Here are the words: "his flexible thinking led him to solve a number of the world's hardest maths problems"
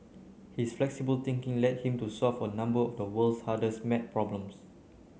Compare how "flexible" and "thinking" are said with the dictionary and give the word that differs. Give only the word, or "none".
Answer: thinking